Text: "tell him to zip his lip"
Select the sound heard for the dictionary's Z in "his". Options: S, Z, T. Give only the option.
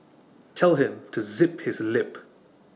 Z